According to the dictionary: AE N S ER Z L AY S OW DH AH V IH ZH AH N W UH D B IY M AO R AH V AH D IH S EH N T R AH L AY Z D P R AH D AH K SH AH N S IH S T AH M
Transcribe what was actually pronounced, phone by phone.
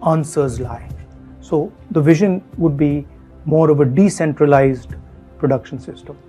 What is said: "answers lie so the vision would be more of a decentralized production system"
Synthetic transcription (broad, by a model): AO N S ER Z L AY S OW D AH V IH ZH AH N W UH D B IY M AO R AH V AH D IH S EH N T R AH L AY Z D P R AH D AH K SH AH N S IH S T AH M